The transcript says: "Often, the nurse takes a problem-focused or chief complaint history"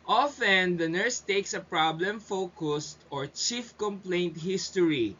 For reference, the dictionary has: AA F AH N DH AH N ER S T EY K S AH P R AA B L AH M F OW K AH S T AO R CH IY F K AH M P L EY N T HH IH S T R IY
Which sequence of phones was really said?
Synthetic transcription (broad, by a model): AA F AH N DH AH N ER S T EY K S AH P R AA B L AH M F OW K AH S T AO R CH IY F K AH M P L EY N T HH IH S T R IY